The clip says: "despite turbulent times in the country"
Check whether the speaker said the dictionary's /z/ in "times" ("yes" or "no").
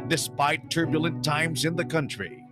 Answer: yes